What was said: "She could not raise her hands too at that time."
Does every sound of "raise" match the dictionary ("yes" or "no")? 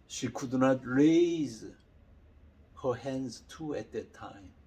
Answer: yes